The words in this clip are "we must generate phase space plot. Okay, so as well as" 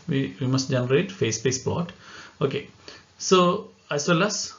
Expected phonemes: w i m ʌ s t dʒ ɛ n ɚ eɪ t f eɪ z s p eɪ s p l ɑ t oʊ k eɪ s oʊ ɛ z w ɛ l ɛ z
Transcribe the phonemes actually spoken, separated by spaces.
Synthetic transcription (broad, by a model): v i m ʌ s t dʒ ɛ n ɚ eɪ t f eɪ s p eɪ s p ɑ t oʊ k eɪ s oʊ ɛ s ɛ l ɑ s